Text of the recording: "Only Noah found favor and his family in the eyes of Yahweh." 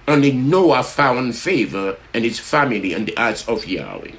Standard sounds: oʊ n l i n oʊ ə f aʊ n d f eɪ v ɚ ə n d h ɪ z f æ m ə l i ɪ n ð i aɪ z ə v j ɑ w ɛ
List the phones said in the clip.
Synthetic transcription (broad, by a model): oʊ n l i n oʊ ə f aʊ n d f eɪ v ɚ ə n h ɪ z f æ m ə l i ɪ n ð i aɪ s ə v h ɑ w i